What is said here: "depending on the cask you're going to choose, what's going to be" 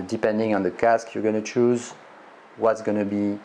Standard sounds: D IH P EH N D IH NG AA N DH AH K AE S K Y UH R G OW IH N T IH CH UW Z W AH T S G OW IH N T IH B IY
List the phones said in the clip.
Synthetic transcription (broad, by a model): D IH P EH N D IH NG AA N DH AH K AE S K Y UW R G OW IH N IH CH UW Z W AH T S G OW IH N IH B IY